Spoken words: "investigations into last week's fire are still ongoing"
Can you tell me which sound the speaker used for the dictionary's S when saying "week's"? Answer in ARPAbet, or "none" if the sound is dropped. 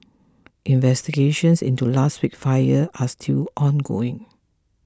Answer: none